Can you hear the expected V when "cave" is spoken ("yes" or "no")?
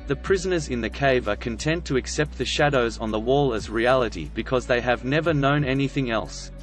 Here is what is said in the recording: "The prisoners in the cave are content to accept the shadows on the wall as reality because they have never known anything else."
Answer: yes